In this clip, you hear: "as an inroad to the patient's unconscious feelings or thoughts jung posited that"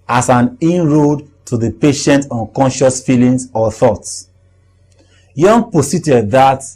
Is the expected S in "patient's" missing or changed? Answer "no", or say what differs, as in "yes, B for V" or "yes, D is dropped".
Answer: yes, S is dropped